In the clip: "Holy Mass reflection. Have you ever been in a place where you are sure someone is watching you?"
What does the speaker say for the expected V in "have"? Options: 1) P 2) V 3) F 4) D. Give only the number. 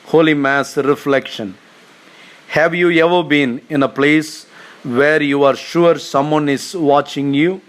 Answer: 2